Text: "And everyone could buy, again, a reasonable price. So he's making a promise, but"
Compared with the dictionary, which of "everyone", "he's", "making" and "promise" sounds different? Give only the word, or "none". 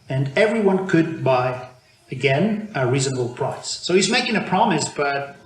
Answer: none